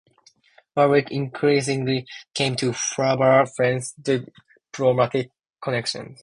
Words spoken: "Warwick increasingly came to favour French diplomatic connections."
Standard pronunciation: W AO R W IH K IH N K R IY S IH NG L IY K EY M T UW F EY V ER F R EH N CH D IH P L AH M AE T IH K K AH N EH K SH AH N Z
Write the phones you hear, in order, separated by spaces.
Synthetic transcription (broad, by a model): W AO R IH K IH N K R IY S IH NG L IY K EY M T UW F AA B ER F R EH N S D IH P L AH M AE T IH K K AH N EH K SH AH N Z